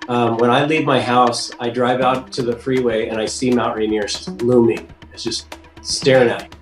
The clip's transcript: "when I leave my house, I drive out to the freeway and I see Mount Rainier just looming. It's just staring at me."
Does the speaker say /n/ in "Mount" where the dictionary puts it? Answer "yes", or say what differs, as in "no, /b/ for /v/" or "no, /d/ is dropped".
no, /n/ is dropped